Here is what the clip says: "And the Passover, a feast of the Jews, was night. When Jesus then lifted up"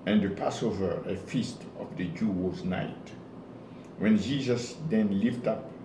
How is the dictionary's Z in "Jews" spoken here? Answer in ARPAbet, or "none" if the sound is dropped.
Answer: none